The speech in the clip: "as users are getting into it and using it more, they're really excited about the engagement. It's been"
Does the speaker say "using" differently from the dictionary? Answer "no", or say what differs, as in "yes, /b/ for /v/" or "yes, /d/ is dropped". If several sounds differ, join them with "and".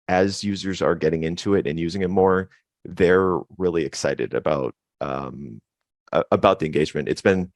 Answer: no